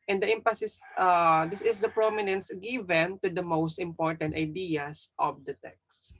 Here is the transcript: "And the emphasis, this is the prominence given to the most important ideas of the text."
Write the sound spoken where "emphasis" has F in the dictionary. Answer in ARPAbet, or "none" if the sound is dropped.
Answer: P